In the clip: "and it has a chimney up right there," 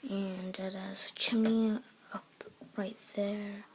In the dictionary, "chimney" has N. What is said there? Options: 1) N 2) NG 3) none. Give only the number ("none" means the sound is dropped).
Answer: 3